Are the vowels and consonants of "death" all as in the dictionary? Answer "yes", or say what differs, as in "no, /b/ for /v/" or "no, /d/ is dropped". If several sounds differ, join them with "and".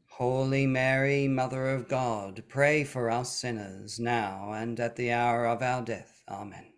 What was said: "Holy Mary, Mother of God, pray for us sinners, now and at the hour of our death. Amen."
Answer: yes